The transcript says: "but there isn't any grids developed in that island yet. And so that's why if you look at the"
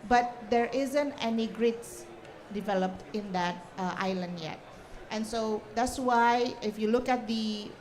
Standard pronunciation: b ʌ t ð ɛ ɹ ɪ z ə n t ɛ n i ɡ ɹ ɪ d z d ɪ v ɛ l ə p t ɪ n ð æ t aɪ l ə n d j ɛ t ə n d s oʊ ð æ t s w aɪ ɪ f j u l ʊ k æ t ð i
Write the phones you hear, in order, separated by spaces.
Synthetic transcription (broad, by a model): b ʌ t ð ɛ ɹ ɪ z ə n t ɛ n i ɡ ɹ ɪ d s d ɪ v ɛ l ə p t ɪ n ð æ t aɪ l ə n d j ɛ t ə n s oʊ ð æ t s w aɪ ɪ f j u l ʊ k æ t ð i